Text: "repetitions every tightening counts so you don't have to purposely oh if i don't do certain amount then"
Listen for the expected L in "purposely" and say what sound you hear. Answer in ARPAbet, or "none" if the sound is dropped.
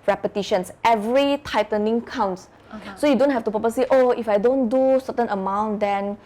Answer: none